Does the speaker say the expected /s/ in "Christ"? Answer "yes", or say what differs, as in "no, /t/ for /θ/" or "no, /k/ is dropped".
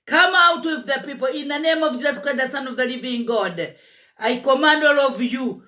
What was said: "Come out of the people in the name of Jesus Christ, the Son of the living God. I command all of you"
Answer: no, /s/ is dropped